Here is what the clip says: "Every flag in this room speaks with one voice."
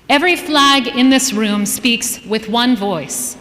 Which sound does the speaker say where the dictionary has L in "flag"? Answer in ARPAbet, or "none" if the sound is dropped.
L